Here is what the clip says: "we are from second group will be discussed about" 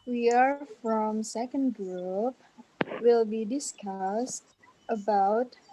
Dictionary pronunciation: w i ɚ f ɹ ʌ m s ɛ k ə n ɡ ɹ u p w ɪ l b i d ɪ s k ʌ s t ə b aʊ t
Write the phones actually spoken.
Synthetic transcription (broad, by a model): w i ɚ f ɹ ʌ m s ɛ k ə n ɡ ɹ u p w ɪ l b i d ɪ s k ʌ s t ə b aʊ t